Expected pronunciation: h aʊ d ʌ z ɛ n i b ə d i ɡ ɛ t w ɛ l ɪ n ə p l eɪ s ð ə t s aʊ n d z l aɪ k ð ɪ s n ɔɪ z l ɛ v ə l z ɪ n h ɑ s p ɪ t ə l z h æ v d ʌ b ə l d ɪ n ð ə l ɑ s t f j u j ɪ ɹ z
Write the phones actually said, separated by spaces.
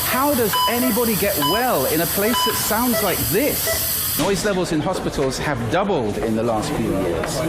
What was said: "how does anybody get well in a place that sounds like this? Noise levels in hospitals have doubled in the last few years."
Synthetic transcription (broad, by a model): h aʊ d ʌ z ɛ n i b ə d i ɡ ɛ t w ɛ l ɪ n ə p l eɪ s ð ə t s aʊ n d z l aɪ k ð ɪ s n ɔɪ z l ɛ v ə l z ɪ n h ɑ s p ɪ t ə l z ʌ v d ʌ b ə l d ɪ n ð ə l ɑ s t f j u j ɪ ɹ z